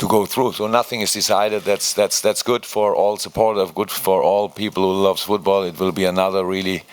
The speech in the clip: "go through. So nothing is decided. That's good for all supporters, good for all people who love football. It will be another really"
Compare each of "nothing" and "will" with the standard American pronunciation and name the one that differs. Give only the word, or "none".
none